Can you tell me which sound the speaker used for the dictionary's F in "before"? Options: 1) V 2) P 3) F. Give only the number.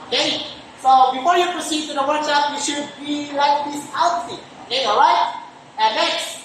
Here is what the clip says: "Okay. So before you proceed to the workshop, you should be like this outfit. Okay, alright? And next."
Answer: 3